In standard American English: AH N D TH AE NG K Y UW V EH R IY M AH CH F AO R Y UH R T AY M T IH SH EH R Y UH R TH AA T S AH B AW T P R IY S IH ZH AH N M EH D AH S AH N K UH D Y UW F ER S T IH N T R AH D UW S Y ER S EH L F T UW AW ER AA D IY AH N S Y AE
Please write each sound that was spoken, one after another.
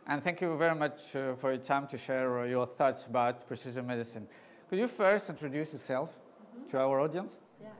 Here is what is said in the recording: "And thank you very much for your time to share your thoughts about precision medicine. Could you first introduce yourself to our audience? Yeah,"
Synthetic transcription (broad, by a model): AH N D TH AE NG K Y UW V EH R IY M AH CH F AO R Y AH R T AY M T IH SH EH R Y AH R TH AA T S AH B AW T P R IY S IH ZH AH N M EH D AH S AH N K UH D Y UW F ER S T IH N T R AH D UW S Y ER S EH L F T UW AW ER AA D IY AH N S